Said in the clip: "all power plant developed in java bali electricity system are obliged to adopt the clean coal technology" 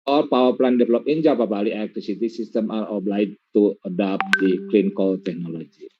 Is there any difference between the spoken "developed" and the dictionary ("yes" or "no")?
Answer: yes